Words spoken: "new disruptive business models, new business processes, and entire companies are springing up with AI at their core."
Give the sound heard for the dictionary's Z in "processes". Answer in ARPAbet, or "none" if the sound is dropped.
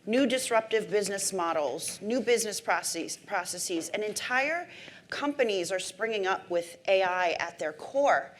Z